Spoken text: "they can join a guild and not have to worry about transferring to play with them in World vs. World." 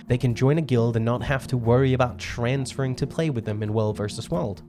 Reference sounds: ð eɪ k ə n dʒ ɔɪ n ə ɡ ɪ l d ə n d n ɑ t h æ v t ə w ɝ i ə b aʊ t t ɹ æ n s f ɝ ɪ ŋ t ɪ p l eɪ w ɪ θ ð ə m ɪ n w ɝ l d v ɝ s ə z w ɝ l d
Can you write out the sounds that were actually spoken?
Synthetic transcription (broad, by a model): ð eɪ k ə n dʒ ɔɪ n ə ɡ ɪ l d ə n n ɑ t h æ f t ə w ɝ i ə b aʊ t t ɹ æ n s f ɝ ɪ ŋ t ɪ p l eɪ w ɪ ð ə m ɪ n w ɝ l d v ɝ s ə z w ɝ l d